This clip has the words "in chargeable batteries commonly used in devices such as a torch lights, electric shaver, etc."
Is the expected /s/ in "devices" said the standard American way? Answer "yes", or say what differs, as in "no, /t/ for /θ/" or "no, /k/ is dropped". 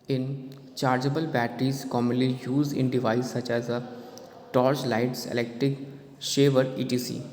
no, /s/ is dropped